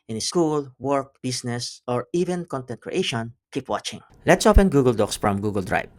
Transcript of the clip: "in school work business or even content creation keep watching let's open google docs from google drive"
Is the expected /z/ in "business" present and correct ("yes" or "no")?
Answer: no